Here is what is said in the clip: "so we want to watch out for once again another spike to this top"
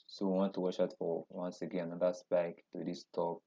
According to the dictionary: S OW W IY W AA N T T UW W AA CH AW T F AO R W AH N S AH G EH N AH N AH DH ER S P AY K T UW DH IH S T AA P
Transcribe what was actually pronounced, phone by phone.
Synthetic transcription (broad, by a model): S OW W IY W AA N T T UW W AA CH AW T F AO R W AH N S AH G EH N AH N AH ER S B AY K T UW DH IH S T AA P